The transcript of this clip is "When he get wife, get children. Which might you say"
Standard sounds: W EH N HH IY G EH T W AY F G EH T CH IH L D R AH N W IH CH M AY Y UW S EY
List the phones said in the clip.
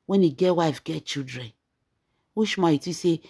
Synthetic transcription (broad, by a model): W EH N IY G EH T W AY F G EH T CH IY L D R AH N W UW SH M AY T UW S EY